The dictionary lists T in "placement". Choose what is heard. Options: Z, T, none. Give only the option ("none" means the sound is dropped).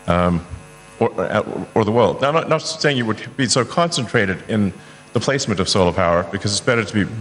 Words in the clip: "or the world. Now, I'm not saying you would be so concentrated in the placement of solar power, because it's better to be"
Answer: T